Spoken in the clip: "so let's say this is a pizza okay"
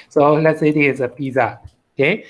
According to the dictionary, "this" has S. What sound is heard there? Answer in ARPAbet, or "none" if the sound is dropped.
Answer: none